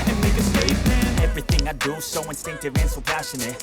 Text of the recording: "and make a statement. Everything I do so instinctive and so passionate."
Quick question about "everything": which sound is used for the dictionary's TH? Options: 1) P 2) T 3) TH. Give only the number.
3